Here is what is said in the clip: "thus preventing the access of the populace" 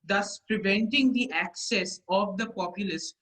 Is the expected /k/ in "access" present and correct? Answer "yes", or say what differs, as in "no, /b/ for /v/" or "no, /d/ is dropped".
yes